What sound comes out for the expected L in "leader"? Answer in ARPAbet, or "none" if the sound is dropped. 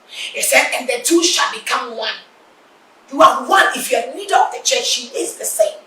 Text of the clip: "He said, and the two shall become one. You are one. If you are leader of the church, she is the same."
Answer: N